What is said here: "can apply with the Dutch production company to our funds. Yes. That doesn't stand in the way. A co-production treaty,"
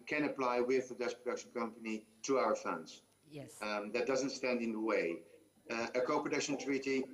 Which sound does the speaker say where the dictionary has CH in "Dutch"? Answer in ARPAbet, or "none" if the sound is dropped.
S